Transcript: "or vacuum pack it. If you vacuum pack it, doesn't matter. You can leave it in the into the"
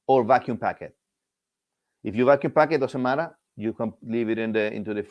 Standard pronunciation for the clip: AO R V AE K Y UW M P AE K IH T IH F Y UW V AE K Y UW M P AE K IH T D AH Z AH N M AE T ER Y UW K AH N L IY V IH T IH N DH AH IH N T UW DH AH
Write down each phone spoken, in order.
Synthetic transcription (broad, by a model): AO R V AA K Y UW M P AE K IH T IH F Y UW V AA K Y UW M P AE K IH T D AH S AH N M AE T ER Y UW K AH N L IY V IH T IH N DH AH IH N T UW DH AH